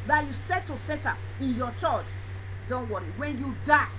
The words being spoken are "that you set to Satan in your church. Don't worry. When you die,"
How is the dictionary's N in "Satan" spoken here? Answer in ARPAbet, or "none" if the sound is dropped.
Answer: none